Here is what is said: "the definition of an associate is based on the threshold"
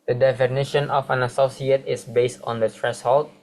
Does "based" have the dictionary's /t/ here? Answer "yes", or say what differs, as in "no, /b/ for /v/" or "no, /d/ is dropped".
yes